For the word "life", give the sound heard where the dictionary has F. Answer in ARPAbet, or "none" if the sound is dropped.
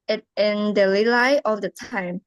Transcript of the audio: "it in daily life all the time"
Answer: none